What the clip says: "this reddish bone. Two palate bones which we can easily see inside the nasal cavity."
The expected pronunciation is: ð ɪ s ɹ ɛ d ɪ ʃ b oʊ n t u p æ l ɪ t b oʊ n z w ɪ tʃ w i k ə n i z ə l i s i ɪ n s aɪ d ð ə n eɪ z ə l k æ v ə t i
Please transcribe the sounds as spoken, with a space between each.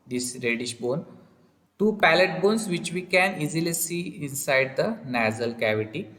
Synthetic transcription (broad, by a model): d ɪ s ɹ ɛ d ɪ ʃ b oʊ n t u p æ l ɪ t b oʊ n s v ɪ tʃ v i k ə n i z ə l i s i ɪ n s aɪ d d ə n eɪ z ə l k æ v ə t i